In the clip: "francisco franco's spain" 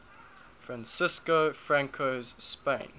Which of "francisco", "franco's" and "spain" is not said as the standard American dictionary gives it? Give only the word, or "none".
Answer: none